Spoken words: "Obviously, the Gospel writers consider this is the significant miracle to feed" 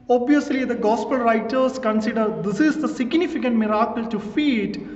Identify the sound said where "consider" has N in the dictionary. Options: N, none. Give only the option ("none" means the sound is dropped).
N